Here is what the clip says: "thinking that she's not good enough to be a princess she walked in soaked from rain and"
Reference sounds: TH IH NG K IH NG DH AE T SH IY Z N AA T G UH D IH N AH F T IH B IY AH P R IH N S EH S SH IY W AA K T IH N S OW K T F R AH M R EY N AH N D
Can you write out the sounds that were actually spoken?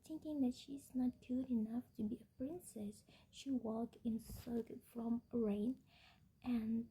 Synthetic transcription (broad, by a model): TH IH NG K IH NG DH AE T SH IY Z N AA T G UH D IH N AH F T IH B IY AH P R IH N S EH S SH IY W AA K IH N S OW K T F R AH M R EY N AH N